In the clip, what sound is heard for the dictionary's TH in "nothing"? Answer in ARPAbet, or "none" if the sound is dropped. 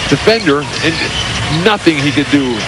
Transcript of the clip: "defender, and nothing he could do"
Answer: TH